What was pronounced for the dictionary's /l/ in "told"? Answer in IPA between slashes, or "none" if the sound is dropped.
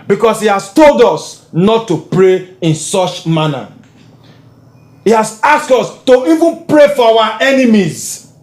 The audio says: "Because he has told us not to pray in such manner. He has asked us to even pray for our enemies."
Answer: /l/